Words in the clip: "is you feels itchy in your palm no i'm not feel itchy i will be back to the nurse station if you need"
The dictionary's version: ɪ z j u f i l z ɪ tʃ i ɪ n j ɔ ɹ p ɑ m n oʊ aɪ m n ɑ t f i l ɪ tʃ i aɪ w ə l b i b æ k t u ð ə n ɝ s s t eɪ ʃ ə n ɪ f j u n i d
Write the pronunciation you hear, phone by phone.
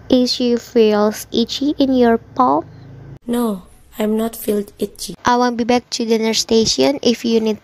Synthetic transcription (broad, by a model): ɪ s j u f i l s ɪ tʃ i ɪ n j ɔ ɹ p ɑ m n oʊ aɪ m n ɑ t f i l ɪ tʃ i aɪ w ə n b i b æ k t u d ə n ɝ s s t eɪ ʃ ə n ɪ f j u n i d